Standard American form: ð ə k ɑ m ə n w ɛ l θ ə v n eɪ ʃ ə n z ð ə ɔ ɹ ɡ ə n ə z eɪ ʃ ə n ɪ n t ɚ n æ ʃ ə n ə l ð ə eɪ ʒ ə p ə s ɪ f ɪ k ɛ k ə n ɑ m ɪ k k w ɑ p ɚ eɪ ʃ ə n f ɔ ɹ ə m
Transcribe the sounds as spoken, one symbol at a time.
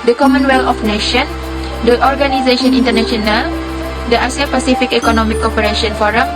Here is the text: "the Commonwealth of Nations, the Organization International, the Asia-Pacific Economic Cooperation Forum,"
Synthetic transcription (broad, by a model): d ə k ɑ m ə n w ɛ l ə f n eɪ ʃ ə n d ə ɔ ɹ ɡ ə n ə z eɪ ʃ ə n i n t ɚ n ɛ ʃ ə n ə l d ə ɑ s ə p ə s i f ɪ k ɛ k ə n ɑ m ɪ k k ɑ p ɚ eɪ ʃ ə n f ɔ ɹ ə m